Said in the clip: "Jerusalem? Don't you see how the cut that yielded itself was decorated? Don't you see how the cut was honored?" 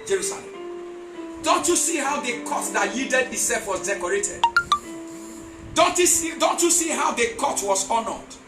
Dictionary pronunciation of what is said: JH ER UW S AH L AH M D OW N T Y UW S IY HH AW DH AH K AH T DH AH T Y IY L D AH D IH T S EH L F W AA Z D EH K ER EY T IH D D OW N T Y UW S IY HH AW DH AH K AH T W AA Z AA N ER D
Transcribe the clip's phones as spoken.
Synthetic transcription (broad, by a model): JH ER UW S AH L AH M D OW N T Y UW S IY HH AW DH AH K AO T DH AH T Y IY D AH D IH S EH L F W AA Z D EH K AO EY T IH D D OW N T Y UW S IY HH AW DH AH K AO T W AA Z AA N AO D